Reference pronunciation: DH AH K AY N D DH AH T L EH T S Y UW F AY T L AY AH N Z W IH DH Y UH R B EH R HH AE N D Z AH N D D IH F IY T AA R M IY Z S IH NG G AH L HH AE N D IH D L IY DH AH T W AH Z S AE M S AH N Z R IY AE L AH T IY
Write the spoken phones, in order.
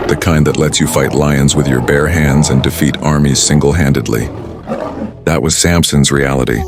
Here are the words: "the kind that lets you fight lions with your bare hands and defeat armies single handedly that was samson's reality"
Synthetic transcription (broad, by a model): DH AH K AY N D DH AH T L EH T S Y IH F AY T L AY AH N Z W IH DH Y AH R B EH R HH AE N D Z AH N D D IH F IY T AA R M IY Z S IH NG G L HH AE N D IH D L IY DH AH T W AH Z S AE M S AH N Z R IY AE L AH T IY